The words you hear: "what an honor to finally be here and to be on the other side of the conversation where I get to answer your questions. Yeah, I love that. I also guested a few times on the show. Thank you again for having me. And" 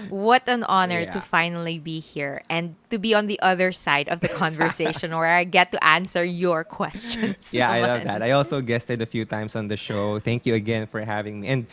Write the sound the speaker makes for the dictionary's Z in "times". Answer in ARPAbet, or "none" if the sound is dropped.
S